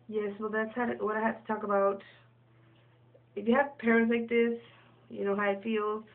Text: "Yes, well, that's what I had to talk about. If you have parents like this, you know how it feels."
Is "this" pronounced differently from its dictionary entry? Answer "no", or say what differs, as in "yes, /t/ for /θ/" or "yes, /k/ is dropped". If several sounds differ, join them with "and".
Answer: no